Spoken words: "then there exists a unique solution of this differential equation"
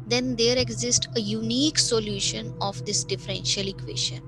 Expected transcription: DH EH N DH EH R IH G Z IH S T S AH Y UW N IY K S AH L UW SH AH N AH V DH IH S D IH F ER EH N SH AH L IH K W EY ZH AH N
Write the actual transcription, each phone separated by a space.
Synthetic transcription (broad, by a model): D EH N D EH R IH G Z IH S T AH Y UW N IY K S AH L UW SH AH N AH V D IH S D IH F ER EH N SH AH L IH K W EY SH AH N